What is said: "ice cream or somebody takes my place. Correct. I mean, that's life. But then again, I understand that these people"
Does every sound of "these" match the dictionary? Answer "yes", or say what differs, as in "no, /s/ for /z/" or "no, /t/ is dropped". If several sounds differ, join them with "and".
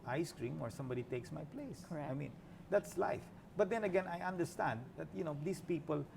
no, /s/ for /z/